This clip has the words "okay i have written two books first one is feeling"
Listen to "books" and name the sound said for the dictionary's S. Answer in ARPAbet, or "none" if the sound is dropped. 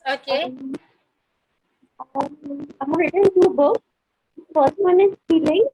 none